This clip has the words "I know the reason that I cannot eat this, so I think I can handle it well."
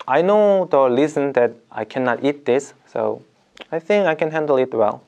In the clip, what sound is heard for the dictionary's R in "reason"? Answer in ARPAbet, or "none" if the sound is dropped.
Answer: L